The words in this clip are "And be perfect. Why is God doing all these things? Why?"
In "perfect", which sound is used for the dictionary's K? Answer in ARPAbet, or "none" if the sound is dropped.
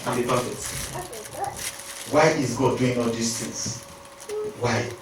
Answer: none